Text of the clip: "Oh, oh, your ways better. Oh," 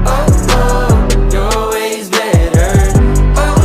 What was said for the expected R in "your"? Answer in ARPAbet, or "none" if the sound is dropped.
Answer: L